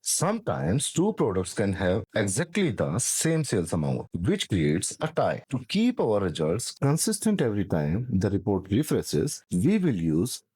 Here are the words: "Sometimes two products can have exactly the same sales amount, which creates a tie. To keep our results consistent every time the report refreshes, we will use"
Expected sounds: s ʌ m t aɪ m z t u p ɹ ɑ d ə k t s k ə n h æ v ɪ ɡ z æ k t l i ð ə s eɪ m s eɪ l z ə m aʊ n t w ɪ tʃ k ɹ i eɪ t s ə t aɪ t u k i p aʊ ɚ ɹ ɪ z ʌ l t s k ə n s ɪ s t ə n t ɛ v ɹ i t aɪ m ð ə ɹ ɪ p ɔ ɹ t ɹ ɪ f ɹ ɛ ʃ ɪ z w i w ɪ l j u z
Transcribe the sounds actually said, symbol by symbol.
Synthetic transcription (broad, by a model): s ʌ m t aɪ m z t u p ɹ ɑ d ə k t s k ə n h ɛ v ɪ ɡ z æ k t l i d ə s eɪ m s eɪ l s ə m aʊ n t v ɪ tʃ k ɹ i eɪ t s ə t aɪ t u k i p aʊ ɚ ɹ ɪ z ʌ l t s k ə n s ɪ s t ə n t ɛ v ɹ i t aɪ m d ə ɹ ɪ p ɔ ɹ t ɹ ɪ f ɹ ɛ s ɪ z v i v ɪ l j u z